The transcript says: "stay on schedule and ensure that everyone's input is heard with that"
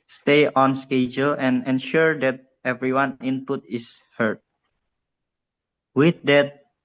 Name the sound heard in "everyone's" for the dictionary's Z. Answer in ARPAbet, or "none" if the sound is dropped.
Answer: none